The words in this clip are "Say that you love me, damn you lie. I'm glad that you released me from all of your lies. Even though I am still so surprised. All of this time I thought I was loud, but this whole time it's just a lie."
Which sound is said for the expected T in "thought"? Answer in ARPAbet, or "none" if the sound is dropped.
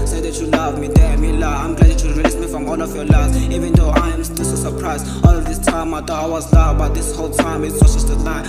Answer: none